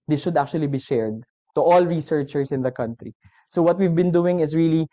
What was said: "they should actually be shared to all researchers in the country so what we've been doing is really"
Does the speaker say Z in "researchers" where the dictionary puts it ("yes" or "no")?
no